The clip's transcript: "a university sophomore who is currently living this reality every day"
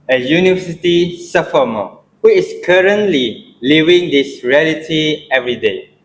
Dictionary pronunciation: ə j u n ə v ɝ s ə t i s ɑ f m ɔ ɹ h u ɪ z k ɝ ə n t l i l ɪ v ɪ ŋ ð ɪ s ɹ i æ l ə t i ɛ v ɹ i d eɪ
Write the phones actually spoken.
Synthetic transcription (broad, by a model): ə j u n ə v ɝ s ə t i s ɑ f m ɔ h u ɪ s k ɝ ə n t l i l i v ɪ ŋ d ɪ s ɹ i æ l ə t i ɛ v ɹ i d eɪ